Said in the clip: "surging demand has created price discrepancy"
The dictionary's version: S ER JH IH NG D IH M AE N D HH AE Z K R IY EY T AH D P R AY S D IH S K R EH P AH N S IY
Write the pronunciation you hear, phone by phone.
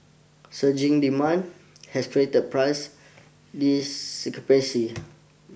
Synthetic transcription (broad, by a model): S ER JH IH NG D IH M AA N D HH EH S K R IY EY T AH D P R AY S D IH S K AH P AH S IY